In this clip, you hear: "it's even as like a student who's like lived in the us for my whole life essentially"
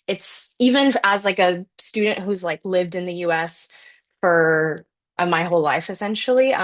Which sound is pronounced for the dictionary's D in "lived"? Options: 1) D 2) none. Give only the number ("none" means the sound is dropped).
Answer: 1